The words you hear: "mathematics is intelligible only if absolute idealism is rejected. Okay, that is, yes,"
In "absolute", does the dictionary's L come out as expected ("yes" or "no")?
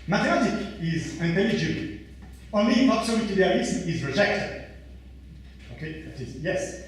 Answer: no